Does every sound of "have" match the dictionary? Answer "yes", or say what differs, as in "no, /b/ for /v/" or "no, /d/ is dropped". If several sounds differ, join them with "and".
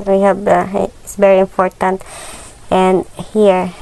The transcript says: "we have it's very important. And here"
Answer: no, /b/ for /v/